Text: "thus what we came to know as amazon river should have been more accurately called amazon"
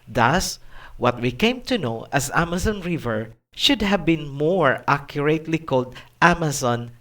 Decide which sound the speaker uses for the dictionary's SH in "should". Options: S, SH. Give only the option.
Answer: SH